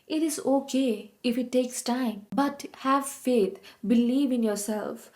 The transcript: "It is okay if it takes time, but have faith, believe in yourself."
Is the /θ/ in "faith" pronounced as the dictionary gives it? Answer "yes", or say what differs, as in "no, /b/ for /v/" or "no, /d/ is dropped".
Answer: no, /t/ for /θ/